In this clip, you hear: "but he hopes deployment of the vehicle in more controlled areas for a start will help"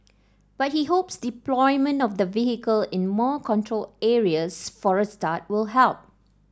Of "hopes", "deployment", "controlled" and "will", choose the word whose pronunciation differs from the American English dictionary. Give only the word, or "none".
controlled